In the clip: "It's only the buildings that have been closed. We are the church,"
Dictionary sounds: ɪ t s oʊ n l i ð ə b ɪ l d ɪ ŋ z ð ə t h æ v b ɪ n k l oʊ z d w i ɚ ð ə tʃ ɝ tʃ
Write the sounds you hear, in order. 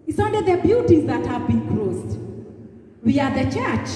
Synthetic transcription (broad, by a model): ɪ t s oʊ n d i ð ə b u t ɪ z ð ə t h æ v b ɪ n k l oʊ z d w i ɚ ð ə tʃ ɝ tʃ